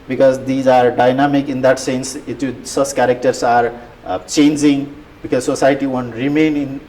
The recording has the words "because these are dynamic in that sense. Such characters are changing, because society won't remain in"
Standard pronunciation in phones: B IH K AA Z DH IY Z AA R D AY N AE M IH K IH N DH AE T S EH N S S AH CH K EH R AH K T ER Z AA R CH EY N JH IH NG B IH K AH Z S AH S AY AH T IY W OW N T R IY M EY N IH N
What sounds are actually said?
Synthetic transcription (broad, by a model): B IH K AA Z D IY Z AA R D AY N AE M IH K IH N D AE T S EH N S S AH S K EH R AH K T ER S AA R CH EY N JH IH NG B IH K AH Z S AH S AY T IY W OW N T R IY M EY N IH N